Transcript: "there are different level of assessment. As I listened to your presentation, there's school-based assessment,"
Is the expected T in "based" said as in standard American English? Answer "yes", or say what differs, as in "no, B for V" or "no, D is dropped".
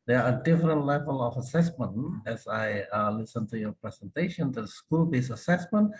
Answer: no, T is dropped